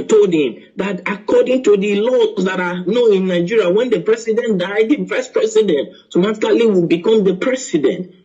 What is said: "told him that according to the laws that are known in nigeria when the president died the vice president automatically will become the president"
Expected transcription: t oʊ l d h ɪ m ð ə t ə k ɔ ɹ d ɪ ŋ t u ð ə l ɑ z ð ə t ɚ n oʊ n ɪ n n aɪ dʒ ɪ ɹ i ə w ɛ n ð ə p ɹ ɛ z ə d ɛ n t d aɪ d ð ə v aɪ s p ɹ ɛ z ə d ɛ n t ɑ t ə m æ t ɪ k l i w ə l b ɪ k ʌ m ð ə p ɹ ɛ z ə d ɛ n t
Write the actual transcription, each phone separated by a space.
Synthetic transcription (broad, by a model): t oʊ l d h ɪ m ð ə t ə k ɔ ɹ d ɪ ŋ t u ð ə l ɑ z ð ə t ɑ n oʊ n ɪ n n aɪ dʒ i ɹ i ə w ɛ n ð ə p ɹ ɛ s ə d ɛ n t d aɪ d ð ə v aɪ s p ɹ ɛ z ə d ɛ n t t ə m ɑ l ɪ l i w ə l b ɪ k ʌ m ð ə p ɹ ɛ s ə d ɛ n t